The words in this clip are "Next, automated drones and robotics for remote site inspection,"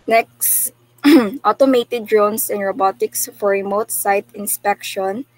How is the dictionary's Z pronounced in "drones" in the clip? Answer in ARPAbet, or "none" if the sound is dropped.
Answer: S